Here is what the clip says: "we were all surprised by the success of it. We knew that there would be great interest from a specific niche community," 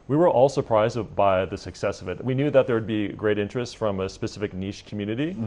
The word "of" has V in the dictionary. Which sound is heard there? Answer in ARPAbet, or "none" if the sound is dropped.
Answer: V